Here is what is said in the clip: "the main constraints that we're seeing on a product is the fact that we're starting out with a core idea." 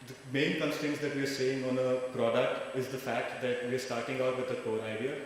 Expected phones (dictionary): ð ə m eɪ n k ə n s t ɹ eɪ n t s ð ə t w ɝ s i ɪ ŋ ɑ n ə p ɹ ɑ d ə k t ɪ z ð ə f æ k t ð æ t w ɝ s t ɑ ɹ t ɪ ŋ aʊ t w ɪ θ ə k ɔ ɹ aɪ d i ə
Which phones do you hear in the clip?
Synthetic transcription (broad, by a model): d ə m eɪ n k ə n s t eɪ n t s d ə t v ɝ s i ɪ ŋ ɑ n ə p ɹ ɑ d ə k t ɪ z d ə f æ k t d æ t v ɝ s t ɑ ɹ t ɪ ŋ aʊ t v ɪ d ə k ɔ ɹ aɪ d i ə